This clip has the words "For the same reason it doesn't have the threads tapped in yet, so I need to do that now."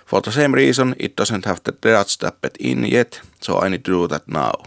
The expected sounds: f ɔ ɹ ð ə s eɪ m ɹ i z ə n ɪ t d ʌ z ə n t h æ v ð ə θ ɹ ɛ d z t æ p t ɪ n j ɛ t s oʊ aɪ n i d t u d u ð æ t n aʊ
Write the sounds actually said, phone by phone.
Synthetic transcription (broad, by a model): f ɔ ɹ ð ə s eɪ m ɹ i s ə n ɪ t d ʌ s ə n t h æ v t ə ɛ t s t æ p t ɪ n j ɛ t s oʊ aɪ n i d t u d u ð æ t n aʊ